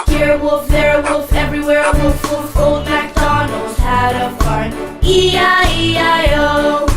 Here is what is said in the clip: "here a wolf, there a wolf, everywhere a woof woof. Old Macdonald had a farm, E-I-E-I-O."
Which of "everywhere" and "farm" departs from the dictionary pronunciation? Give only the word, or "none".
farm